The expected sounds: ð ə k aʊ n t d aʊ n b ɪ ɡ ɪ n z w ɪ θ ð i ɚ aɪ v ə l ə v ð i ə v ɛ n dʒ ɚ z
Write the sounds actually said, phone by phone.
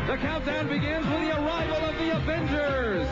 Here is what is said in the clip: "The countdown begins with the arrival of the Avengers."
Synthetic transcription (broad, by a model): ð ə k aʊ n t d aʊ n b ɪ ɡ ɪ n z w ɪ ð i ɚ aɪ v ə l ə v ð i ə v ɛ n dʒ ɚ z